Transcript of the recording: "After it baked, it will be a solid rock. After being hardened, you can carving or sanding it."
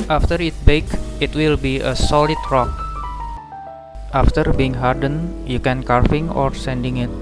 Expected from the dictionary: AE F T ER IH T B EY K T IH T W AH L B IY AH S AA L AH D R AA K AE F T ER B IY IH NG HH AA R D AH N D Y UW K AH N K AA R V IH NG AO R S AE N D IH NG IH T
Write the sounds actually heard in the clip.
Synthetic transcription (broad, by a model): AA F T ER IH T B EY K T IH T W AH L B IY AH S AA L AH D R AA K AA F T ER B IY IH NG HH AA R D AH N Y UW K AH N K AA R F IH NG AO R S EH N D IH NG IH T